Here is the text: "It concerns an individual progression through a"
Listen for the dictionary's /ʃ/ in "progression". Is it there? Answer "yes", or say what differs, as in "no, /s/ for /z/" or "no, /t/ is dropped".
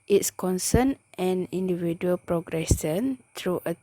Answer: no, /s/ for /ʃ/